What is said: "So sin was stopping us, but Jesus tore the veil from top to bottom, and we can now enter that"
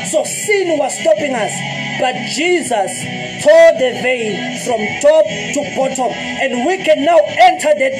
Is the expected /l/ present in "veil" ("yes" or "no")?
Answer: no